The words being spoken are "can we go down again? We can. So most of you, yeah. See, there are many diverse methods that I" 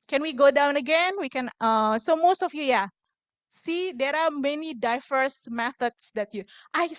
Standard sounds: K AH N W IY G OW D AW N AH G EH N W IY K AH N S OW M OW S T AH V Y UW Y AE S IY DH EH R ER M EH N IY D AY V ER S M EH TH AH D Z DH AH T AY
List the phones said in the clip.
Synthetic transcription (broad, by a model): K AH N W IY G OW D AW N AH G EH N W IY K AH N S OW M OW S T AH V Y UW Y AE S IY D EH R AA M EH N IY D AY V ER S M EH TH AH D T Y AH T AY